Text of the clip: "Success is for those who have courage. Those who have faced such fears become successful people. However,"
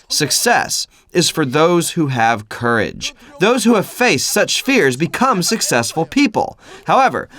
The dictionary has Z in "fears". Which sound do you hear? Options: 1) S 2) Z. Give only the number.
2